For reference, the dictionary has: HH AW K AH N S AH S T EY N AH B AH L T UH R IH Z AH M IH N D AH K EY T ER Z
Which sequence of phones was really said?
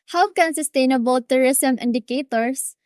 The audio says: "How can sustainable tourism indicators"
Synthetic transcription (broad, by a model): HH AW K AH N S AH S T EY N AH B AH L T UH R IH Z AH M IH N D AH K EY T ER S